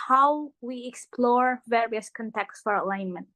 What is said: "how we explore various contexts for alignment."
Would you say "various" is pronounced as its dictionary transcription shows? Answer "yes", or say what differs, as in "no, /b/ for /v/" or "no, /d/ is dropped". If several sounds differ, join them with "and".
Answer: yes